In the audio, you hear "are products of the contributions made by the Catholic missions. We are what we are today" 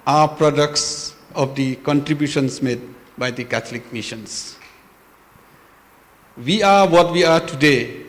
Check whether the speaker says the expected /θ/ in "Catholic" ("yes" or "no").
no